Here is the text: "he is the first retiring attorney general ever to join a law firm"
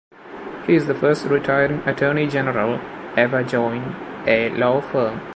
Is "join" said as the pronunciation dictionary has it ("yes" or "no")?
yes